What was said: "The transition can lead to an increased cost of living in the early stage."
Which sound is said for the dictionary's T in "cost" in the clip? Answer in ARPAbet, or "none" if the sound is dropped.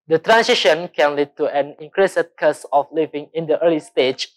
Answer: none